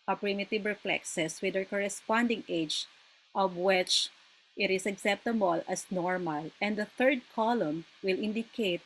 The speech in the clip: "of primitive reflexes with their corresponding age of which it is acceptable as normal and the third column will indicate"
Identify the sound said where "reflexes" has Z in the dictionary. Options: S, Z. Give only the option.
S